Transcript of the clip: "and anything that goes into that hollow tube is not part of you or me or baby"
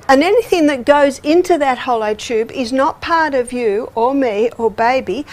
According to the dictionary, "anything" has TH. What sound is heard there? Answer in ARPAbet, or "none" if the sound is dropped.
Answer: TH